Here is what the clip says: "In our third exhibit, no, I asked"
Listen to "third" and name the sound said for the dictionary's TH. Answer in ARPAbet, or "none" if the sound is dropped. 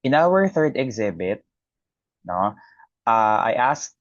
TH